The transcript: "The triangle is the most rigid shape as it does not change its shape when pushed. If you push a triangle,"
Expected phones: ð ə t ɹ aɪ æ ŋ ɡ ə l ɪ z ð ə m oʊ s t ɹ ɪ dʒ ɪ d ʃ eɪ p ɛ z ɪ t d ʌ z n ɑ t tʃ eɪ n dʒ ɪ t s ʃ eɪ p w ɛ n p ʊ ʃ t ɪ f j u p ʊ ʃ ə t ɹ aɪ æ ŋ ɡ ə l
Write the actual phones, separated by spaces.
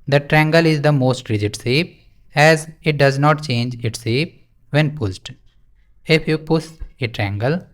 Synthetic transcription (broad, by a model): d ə t ɹ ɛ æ ŋ ɡ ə l ɪ z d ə m oʊ s t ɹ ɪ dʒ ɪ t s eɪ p ɛ z ɪ t d ʌ z n ɑ t tʃ eɪ n dʒ ɪ t s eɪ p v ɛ n p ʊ s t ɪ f j u p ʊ s ə t ɹ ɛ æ ŋ ɡ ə l